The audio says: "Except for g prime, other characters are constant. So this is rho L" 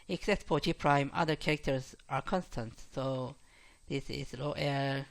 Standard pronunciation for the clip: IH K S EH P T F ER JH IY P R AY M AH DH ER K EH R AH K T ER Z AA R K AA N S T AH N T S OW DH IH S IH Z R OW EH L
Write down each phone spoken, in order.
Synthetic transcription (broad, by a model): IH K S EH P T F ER JH IY P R AY M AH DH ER K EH R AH K T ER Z AA R K AA N S T AH N T S OW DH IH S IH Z L OW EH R